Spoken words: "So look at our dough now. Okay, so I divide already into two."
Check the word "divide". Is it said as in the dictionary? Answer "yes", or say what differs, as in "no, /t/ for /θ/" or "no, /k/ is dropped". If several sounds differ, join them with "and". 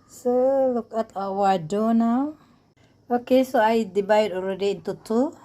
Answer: no, /b/ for /v/